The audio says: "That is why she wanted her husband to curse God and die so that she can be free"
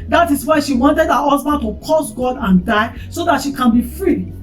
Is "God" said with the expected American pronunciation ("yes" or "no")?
yes